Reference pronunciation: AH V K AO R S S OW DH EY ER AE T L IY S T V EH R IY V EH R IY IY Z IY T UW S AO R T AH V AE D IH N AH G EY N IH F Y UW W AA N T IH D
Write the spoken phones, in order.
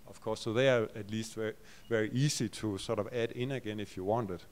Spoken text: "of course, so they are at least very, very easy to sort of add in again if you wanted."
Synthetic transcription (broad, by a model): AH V K AO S S OW DH EY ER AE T L IY S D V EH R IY V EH R IY IY S IY S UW S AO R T AH V AE D IH N AH G EY N IH F Y UW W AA N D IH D